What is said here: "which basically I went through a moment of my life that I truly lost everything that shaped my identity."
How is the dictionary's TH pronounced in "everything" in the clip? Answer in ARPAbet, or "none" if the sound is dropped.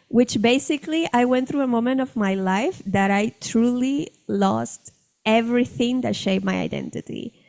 TH